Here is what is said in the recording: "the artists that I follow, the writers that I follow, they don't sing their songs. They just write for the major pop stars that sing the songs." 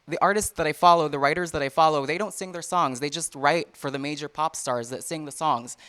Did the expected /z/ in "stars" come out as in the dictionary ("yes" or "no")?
yes